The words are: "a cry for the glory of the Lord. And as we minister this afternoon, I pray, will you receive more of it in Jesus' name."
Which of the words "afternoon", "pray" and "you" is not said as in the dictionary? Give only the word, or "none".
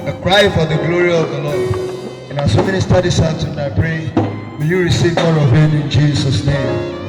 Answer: afternoon